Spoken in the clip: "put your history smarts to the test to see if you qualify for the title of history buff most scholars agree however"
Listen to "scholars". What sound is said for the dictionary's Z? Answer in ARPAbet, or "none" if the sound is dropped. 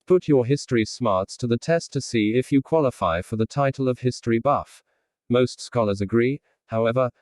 Z